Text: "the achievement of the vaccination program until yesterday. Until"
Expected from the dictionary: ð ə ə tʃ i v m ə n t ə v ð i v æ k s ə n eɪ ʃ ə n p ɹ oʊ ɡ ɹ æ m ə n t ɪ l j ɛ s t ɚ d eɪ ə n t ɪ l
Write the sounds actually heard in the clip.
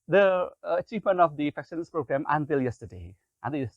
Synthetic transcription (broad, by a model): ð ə ə tʃ i v m ə n t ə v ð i f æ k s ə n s p ɹ oʊ ɡ ɹ æ m ə n t ɪ l j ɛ s t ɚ d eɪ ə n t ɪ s